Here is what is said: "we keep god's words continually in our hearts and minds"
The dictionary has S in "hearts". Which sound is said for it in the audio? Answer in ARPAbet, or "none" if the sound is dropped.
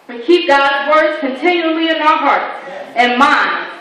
none